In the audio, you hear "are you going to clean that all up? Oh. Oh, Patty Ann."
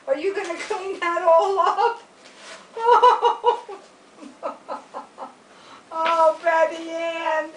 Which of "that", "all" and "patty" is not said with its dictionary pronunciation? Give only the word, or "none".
patty